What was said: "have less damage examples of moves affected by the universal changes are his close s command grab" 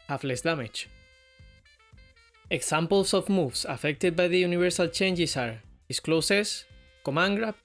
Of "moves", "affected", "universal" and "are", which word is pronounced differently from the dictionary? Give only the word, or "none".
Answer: moves